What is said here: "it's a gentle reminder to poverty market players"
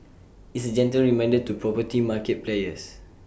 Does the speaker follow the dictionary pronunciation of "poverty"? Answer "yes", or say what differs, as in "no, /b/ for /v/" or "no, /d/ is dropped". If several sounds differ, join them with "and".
no, /p/ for /v/